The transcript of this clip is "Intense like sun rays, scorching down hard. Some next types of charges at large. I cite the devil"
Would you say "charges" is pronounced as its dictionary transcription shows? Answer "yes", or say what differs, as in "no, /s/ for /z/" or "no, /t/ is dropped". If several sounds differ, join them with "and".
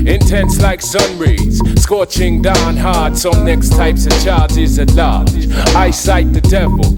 yes